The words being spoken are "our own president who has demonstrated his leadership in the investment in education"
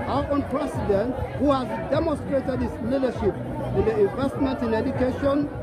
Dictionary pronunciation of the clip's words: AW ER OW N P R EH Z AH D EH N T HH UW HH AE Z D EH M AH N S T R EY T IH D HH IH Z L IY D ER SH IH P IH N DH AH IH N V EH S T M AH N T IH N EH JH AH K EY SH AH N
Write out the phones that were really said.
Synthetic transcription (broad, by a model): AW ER OW N P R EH S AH D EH N T HH UW HH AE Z D EH M AH N S T R EY T IH D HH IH S L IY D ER SH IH P IH N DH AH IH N V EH S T M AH N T IH N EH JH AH K EY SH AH N